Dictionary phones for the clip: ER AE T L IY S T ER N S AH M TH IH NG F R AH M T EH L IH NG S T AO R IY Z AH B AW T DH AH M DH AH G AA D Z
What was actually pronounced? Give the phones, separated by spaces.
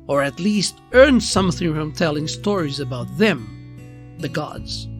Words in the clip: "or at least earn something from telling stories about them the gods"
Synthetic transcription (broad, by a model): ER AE T L IY S T ER N S AH M TH IH NG F R AH M T EH L IH NG S T AO R IY Z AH B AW T DH AH M DH AH G AA D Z